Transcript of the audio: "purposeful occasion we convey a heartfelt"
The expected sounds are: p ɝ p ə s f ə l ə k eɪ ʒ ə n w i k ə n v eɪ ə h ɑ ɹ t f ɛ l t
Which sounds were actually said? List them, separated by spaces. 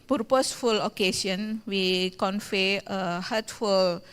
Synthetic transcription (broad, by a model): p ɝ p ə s f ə l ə k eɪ s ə n w i k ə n f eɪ ə h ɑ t f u l